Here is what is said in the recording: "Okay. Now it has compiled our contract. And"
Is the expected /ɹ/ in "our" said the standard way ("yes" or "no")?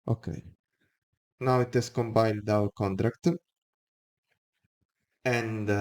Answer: no